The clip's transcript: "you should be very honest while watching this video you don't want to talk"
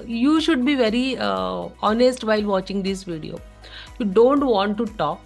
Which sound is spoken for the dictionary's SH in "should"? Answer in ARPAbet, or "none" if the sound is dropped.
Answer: SH